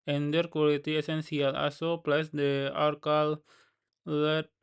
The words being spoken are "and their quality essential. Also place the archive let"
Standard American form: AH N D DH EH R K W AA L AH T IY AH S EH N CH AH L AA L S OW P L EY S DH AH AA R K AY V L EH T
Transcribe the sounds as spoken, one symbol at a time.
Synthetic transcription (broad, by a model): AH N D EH R K W AA L AH T IY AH S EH N S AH L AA S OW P L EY S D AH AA R K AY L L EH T